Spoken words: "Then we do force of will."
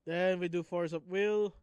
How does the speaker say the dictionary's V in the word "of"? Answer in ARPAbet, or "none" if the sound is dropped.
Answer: P